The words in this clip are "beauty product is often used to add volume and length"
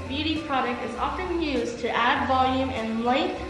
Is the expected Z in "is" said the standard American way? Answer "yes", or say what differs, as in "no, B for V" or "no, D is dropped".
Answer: yes